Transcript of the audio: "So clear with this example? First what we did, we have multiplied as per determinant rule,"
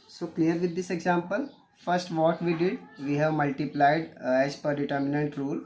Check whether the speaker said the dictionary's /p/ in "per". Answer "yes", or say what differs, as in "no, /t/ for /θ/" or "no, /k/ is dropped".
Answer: yes